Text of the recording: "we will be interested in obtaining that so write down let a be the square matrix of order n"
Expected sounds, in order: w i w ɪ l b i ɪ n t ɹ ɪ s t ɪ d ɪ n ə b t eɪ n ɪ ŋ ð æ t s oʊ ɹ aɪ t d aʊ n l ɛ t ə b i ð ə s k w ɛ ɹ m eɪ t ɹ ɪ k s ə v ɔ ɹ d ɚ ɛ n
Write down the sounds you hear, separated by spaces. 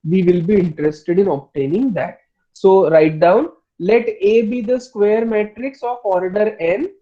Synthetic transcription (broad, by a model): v i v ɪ l b i ɪ n t ɹ ɪ s t ɪ d ɪ n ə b t eɪ n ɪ ŋ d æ t s oʊ ɹ aɪ t d aʊ n l ɛ t ə b i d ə s k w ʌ ɹ m eɪ t ɹ ɪ k s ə f ɔ ɹ d ɚ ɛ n